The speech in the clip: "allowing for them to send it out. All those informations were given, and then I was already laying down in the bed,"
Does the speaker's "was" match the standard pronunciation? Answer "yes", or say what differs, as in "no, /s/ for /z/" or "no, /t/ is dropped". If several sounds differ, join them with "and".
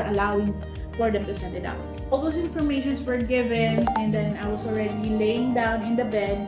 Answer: no, /s/ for /z/